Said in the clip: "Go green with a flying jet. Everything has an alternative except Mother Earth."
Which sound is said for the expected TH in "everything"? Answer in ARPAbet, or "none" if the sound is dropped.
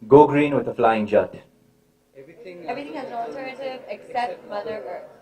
T